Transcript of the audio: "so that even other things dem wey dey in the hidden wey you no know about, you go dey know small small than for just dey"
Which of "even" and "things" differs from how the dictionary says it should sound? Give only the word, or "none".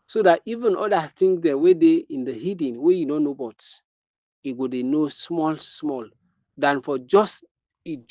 things